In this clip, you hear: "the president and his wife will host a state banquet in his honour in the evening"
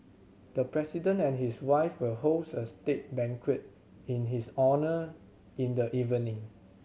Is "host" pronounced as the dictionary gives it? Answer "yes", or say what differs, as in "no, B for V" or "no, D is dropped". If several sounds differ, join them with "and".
no, T is dropped